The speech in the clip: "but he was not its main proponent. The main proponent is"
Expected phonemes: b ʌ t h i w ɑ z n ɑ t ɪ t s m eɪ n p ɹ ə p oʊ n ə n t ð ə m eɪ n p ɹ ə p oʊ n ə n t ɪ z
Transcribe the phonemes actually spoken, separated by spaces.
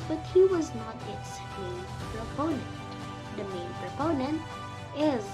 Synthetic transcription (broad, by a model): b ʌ t h i w ɑ z n ɑ t ɪ t s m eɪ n p ɹ ə p oʊ n ə n t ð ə m eɪ n p ɹ ə p oʊ n ə n t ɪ z